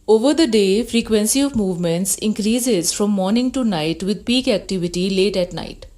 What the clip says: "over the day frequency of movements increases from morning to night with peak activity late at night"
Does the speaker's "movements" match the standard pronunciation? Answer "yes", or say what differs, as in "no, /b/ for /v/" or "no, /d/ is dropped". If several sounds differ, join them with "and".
yes